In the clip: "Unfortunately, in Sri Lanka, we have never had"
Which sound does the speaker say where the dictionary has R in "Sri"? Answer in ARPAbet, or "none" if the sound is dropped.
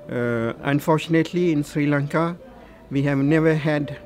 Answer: R